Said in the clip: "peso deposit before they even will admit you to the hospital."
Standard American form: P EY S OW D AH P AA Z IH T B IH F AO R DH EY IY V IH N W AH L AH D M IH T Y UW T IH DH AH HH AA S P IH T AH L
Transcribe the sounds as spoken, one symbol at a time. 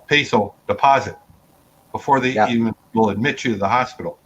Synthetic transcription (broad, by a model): P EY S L D AH P AA Z IH T B IH F AO R DH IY IY V IH N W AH L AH D M IH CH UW T IH DH AH HH AA S P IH T L